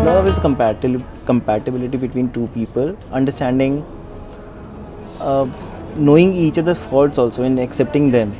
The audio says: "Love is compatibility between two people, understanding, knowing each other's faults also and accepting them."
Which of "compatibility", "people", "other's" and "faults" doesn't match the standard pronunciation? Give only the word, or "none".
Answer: other's